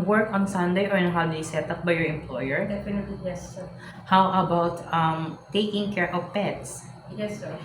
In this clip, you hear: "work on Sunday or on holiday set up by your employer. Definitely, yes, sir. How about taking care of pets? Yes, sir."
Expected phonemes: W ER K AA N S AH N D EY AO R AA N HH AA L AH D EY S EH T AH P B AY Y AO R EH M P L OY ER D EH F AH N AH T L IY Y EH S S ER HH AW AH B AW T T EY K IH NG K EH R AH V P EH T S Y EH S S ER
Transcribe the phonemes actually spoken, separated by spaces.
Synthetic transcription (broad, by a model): W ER K AA N S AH N D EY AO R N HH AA W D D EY S EH T AH P B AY Y AO R EH M P L OY ER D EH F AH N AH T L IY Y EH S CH HH AW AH B AW T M EY K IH NG K EH R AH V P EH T S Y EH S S